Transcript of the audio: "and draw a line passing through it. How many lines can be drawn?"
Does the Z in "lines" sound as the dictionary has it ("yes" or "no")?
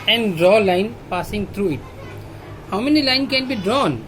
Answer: no